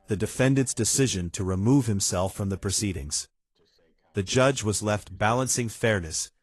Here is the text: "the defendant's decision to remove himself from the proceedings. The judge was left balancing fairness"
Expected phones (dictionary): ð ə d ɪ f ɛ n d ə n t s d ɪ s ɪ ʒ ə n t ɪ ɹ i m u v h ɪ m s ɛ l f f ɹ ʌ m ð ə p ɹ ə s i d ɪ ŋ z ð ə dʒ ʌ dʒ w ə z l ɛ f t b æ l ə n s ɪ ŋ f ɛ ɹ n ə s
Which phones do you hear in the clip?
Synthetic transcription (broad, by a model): ð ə d ɪ f ɛ n d ə n t s d ɪ s ɪ ʒ ə n t ɪ ɹ i m u v h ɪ m s ɛ l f f ɹ ʌ m ð ə p ɹ ə s i d ɪ ŋ z ð ə dʒ ʌ dʒ w ə z l ɛ f t b æ l ə n s ɪ ŋ f ɛ ɹ n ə s